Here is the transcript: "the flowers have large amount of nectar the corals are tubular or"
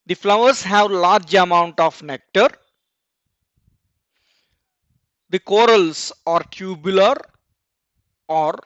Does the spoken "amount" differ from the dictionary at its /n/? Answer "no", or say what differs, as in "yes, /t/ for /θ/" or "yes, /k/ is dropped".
no